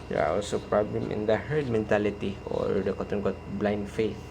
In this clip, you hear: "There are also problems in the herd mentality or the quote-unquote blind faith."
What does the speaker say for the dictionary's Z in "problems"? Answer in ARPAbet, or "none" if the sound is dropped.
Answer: none